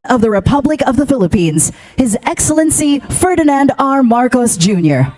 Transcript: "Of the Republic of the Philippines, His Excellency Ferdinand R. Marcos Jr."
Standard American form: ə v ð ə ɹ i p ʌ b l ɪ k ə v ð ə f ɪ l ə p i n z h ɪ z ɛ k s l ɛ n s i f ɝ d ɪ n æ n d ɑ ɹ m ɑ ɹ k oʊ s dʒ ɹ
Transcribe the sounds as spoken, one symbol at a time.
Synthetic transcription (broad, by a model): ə v ð ə ɹ i p ʌ b l ɪ k ə v ð ə f ɪ l ə p i n z h ɪ z ɛ k s l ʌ n s i f ɝ d ɪ n æ n d ɑ ɹ m ɑ ɹ k oʊ s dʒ ɹ